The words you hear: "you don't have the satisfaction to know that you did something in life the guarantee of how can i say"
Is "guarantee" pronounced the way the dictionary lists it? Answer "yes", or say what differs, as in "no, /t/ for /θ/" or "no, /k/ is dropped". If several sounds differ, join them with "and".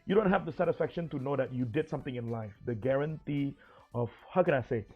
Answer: yes